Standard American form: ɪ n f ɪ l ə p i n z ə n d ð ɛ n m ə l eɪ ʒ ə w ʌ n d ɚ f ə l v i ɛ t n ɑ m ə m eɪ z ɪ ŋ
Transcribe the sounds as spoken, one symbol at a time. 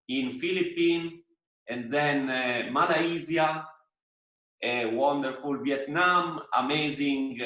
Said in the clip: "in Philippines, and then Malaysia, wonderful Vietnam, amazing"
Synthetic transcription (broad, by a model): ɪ n f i l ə p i n ə n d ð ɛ n m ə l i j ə w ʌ n d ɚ f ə l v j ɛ t n ɑ m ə m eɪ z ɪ ŋ